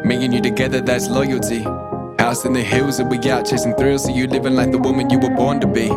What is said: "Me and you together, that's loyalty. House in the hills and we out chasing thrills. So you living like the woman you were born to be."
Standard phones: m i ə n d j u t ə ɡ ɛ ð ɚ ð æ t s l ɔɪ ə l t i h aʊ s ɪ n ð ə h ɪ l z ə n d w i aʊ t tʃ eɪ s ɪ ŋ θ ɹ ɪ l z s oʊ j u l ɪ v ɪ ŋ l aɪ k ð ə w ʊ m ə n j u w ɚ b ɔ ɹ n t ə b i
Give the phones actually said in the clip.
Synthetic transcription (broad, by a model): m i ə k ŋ j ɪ t ə ɡ ɛ ð ɚ ð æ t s l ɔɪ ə l t i h aʊ s ɪ n ð ə h ɪ l z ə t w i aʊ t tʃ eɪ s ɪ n θ ɹ ɪ l z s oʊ j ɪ l ɪ v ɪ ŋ l aɪ k ð ə w ʊ m ə n j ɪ w ɚ b ɔ ɹ n t ə b i